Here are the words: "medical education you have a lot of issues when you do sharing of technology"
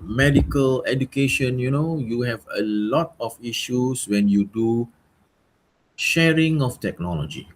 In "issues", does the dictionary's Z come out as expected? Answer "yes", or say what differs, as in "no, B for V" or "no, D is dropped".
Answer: no, S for Z